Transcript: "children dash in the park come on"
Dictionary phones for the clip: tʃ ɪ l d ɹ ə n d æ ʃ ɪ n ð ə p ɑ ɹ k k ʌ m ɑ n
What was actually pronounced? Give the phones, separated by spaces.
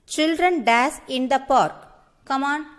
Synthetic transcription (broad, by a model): tʃ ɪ l d ɹ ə n d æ s ɪ n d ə p ɑ ɹ k k ʌ m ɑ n